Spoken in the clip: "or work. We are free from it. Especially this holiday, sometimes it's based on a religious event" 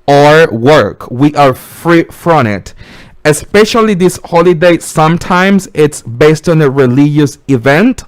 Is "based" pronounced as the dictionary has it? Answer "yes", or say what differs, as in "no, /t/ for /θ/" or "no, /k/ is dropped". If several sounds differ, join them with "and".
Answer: yes